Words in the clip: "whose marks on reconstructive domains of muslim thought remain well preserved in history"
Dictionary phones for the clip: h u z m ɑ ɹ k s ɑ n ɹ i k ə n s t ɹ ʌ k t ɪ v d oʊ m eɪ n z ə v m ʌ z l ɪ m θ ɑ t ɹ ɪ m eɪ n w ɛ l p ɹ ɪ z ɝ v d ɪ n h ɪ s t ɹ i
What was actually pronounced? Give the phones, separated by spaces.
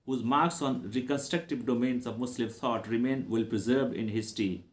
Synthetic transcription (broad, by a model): h u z m ɑ ɹ k s ɑ n ɹ i k ə n s t ɹ ʌ k t ɪ v d oʊ m eɪ n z ə v m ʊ s l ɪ m t ɑ t ɹ ɪ m eɪ n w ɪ l p ɹ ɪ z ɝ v ɪ n h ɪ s t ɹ i